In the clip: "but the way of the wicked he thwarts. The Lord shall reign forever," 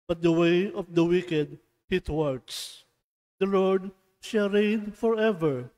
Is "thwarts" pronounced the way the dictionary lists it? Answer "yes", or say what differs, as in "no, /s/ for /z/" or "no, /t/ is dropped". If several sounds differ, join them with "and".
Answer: no, /t/ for /θ/